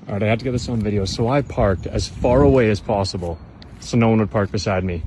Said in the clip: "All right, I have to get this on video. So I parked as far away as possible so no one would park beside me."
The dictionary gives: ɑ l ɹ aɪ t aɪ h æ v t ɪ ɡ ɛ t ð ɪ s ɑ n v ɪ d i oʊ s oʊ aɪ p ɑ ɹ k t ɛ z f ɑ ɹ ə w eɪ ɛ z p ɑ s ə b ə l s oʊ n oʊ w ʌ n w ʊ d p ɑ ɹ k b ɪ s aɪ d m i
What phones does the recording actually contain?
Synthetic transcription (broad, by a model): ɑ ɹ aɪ ɪ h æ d t ɪ ɡ ɛ t ð ɪ s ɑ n v ɪ d i oʊ s oʊ aɪ p ɑ ɹ k t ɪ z f ɑ ɹ ə w eɪ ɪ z p ɑ s ə b ə l s oʊ n oʊ w ʌ n w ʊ d p ɑ ɹ k b ɪ s aɪ d m i